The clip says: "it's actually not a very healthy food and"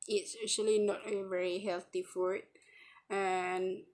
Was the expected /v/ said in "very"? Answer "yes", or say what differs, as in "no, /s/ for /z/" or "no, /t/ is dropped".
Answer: yes